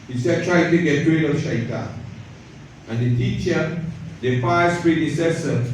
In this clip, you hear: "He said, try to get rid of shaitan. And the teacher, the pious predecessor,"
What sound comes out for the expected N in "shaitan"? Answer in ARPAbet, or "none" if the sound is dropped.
none